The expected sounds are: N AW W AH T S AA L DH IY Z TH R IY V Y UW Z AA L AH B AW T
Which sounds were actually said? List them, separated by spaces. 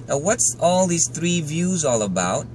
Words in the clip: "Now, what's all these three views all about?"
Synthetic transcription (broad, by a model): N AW W AH T S AA L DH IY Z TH R IY V Y UW Z AA L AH B AW T